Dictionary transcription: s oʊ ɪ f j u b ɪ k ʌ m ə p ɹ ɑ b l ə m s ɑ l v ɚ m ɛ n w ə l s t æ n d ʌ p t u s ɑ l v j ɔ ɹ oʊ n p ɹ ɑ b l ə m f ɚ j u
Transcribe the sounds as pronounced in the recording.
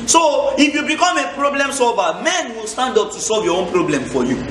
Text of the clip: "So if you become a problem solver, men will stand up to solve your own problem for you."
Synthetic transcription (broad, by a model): s oʊ ɪ f j u b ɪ k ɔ m ə p ɹ ɑ b l ə m s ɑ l v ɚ m ɛ n w ə l s t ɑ n d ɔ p t u s ɑ l v j ɔ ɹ oʊ n p ɹ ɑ b l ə m f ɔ j u